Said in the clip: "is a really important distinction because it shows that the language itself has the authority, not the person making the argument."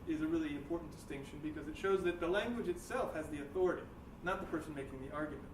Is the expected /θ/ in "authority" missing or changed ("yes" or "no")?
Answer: no